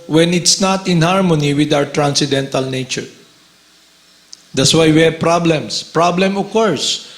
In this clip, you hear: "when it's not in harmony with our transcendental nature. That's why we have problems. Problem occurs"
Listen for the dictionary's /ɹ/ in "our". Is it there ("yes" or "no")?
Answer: yes